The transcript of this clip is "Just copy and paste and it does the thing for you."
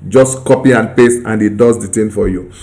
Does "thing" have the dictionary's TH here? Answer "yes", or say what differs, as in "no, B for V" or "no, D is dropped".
no, T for TH